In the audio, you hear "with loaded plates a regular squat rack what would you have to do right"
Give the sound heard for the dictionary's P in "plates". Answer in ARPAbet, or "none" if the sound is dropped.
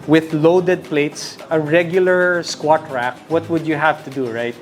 P